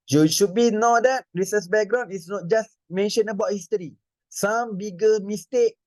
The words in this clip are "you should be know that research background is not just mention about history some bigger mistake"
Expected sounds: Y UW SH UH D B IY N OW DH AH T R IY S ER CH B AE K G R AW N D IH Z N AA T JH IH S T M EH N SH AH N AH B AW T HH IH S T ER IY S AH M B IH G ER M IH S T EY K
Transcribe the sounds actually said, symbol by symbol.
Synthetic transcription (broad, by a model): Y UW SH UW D B IY N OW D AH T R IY S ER S B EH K G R AW N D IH S N AA T JH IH S M EH N SH AH N AH B AW T HH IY S T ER IY S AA M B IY G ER M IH S T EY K